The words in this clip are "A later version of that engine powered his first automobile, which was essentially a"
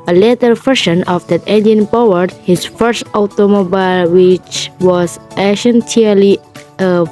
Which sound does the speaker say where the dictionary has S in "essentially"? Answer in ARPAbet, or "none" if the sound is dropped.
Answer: SH